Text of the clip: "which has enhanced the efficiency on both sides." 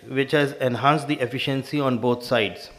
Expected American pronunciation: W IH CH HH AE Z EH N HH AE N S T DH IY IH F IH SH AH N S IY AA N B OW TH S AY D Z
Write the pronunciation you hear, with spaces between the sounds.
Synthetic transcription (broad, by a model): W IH CH HH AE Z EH N HH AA N S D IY IH F IH SH AH N S IY AA N B OW T S AY D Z